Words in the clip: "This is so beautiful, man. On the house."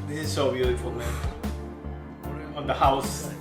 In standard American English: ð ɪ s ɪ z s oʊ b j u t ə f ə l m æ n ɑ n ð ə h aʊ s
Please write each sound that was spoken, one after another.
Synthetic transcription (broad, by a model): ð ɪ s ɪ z s oʊ b j u t ə f ə l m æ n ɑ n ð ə h aʊ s